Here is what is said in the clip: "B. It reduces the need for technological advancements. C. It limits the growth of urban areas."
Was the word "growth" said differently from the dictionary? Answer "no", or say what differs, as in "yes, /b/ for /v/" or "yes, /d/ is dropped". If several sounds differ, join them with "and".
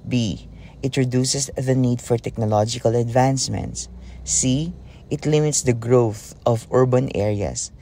no